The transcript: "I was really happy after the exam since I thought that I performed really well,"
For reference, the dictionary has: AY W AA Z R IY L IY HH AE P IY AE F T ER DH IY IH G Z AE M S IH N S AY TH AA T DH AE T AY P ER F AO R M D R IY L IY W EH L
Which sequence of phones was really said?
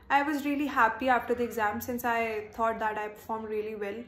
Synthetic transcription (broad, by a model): AY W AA Z R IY L IY HH AE P IY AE F T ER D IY IH G Z AE M S IH N S AY T AA T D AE T AY P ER F AO R M D R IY L IY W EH L